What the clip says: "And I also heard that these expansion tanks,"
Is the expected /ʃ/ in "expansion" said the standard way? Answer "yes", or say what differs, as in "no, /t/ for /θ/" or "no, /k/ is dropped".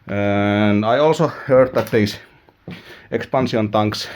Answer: no, /s/ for /ʃ/